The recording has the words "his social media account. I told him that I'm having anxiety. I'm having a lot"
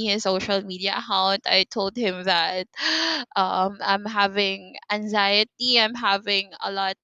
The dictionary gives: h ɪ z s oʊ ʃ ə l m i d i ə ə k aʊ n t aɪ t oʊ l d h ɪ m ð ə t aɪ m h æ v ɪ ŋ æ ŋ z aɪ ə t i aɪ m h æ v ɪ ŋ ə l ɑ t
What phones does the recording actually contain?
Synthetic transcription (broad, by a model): h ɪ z s oʊ ʃ ə l m i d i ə ə k aʊ n t aɪ t oʊ l d h ɪ m ð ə t aɪ m h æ v ɪ ŋ æ ŋ z aɪ ə t i aɪ m h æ v ɪ ŋ ə l ɑ t